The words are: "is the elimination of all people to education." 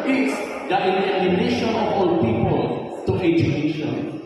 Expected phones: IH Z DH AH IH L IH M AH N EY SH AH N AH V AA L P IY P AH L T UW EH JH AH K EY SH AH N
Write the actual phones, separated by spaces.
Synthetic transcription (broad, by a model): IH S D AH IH N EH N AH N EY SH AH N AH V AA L P IY P AH L T UW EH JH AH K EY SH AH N